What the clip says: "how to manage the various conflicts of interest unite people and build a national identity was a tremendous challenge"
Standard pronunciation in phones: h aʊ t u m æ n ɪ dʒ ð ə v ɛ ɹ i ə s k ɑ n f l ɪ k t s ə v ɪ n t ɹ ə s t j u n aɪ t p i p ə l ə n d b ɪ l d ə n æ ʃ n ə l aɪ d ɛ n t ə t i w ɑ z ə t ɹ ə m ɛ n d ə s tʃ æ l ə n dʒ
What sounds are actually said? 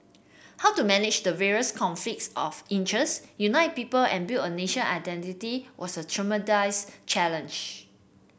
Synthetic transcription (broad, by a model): h aʊ t u m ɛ n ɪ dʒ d ə v ɛ ɹ i ə s k ɑ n f l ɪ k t s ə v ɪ n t ɹ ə s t j u n aɪ t p i p ə l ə n b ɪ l ə n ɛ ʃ ə n aɪ d ɛ n t ə t i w ɑ s ə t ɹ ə m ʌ d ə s tʃ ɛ l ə n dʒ